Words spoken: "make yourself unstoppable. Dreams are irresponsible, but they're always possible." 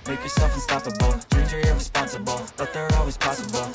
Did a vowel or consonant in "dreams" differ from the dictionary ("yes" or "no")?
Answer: yes